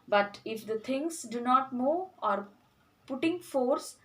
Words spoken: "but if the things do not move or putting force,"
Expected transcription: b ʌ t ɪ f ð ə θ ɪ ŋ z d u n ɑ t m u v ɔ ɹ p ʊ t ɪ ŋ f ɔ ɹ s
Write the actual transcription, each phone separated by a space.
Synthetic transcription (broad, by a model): b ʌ t ɪ f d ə t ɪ ŋ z d u n ɑ t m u ɔ ɹ p ʊ t ɪ ŋ f ɔ ɹ s